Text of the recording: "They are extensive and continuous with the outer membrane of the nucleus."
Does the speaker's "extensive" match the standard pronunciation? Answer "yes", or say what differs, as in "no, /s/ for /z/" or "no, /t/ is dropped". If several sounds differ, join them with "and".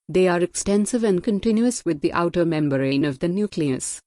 yes